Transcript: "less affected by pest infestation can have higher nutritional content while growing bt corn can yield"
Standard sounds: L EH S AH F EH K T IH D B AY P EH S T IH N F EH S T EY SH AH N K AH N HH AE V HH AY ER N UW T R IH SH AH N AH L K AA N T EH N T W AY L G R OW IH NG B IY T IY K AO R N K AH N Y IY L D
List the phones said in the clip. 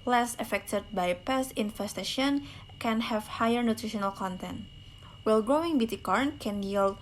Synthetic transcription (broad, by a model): L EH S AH F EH K T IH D B AY P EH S IH N F EH S T EY SH AH N K AH N HH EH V HH AY ER N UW T R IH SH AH N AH L K AA N T EH N T W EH L G R OW IH NG B IY T IY K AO R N K AH N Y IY L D